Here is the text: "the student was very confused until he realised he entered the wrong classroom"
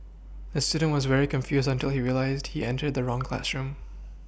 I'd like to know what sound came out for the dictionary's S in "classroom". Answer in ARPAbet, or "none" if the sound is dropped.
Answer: S